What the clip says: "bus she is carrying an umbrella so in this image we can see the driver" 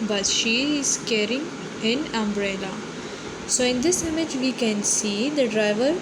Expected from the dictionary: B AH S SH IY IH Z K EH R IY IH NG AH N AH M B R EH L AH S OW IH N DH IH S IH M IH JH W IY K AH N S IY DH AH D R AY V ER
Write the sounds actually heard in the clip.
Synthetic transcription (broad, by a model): B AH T SH IY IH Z K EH R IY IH NG AH N AH M B R EH L AH S OW IH N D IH S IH M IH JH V IY K AH N S IY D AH D R AY V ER